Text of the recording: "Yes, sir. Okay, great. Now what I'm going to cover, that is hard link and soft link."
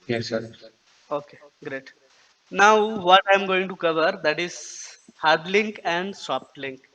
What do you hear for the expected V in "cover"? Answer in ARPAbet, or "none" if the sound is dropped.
V